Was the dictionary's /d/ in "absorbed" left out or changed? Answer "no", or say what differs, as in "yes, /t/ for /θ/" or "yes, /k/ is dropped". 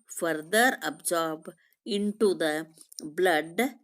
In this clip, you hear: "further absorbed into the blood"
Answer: yes, /d/ is dropped